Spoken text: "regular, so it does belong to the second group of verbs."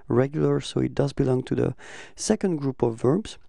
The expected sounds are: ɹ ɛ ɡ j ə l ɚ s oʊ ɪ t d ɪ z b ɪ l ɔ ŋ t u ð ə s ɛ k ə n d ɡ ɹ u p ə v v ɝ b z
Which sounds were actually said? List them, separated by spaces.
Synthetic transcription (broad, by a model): ɹ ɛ ɡ j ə l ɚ s oʊ ɪ t d ɪ z b ɪ l ɔ ŋ t u ð ə s ɛ k ə n d ɡ ɹ u p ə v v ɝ b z